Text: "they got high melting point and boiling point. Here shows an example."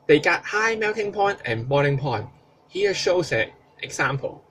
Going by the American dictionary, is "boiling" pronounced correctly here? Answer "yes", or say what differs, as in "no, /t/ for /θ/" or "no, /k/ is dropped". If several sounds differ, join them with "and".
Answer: no, /n/ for /l/